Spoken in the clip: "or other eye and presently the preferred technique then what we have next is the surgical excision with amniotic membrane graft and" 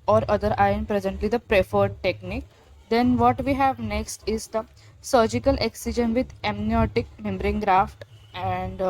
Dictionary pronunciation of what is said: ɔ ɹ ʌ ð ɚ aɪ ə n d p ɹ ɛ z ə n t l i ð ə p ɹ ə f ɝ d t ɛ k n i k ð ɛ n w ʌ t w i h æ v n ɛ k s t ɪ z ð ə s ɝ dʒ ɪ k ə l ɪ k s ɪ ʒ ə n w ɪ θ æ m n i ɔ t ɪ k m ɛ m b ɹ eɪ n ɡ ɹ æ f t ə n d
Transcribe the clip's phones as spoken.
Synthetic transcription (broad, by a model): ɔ ɹ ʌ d ɚ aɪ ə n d p ɹ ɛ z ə n t l i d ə p ɹ ə f ɝ d t ɛ k n i k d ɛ n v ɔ t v i h æ v n ɛ k s t ɪ z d ə s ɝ dʒ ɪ k ə l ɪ k s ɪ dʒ ə n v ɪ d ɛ m n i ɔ t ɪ k m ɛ m b ɹ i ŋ ɡ ɹ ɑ f t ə n d